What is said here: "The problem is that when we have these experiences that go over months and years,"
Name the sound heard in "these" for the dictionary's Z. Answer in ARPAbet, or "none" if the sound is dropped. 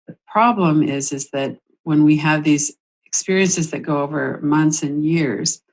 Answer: Z